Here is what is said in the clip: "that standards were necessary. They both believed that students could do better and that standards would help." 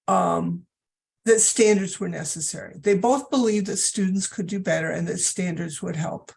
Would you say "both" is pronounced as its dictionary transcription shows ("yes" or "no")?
yes